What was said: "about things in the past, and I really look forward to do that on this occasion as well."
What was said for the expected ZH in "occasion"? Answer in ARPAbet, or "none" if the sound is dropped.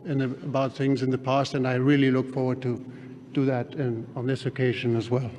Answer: ZH